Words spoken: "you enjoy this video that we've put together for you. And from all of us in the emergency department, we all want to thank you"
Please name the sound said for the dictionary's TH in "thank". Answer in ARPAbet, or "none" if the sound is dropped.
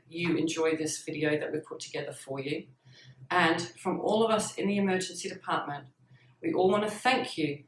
TH